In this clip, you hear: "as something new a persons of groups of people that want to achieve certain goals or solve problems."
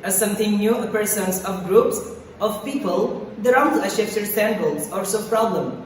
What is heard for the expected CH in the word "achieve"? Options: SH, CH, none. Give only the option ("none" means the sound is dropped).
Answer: SH